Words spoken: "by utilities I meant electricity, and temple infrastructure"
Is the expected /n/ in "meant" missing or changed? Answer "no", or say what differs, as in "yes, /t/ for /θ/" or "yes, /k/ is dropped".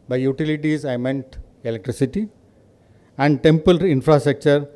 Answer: no